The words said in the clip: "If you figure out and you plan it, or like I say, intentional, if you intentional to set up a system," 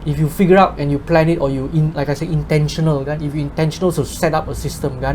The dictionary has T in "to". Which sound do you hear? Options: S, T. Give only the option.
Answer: S